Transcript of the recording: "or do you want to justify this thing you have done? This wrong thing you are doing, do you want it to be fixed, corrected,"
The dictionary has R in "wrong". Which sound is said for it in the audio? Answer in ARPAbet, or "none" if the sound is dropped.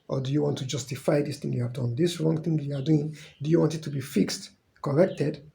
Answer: R